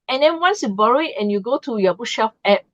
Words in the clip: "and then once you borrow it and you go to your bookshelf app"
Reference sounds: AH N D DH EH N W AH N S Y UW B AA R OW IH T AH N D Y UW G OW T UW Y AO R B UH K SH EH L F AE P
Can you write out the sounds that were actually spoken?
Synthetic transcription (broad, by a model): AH N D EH N W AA N S Y UW B AA R OW IH T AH N Y UW G OW T UW Y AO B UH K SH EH F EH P